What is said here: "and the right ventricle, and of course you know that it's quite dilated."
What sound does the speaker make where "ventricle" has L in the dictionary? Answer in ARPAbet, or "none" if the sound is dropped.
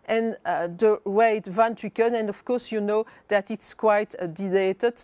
N